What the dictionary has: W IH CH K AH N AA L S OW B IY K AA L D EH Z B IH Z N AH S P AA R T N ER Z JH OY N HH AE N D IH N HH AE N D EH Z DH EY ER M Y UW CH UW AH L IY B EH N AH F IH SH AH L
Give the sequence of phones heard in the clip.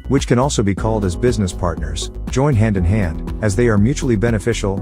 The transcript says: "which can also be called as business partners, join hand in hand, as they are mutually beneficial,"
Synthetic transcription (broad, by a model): W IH CH K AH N AA L S OW B IY K AA L D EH Z B IH Z N AH S P AA R T N ER Z JH OY N HH AE N D IH N HH AE N D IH Z DH EY ER M Y UW CH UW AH L IY B EH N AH F IH SH L